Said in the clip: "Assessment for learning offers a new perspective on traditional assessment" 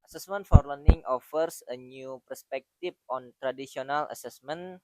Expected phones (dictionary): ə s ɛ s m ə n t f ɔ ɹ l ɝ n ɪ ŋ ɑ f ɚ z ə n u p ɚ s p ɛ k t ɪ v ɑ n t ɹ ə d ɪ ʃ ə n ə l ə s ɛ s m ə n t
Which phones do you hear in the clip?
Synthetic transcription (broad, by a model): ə s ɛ s m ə n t f ɔ ɹ l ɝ n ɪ ŋ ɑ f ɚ s ə n u p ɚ s p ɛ k t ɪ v ɑ n t ɹ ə d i s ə n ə l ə s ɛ s m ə n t